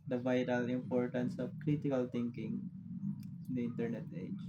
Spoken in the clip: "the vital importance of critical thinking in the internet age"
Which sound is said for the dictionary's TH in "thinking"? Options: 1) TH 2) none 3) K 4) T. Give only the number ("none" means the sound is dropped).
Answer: 4